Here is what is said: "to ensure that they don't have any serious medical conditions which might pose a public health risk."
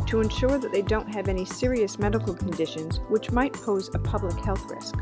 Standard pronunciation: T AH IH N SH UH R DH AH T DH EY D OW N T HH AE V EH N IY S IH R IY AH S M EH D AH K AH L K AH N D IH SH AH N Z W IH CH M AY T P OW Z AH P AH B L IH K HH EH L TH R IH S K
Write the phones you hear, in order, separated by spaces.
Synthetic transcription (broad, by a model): T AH IH N SH UH R DH AH T DH EY D OW N T HH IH V EH N IY S IH R IY AH S M EH D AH K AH L K AH N D IH SH AH N Z W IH CH M AY T P OW Z AH P AH B L IH K HH EH L TH R IH S K